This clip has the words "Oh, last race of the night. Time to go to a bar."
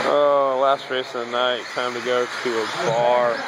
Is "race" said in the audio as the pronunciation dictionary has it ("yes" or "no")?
no